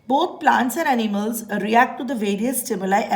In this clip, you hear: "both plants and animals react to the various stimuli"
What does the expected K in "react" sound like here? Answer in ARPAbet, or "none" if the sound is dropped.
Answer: K